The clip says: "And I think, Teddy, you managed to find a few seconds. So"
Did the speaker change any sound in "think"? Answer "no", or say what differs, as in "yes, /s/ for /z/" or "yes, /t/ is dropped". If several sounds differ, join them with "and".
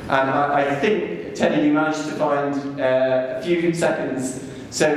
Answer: no